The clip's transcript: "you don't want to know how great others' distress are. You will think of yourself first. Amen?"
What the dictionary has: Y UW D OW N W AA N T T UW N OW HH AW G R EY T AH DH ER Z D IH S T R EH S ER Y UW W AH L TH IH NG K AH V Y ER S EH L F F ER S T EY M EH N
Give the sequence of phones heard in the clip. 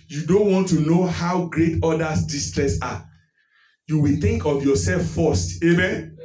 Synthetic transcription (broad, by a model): Y UW D OW N W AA N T T UW N OW HH AW G R EY T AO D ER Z D IH S T R EH S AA Y UW W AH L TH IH NG K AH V Y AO S EH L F F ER S T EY M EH N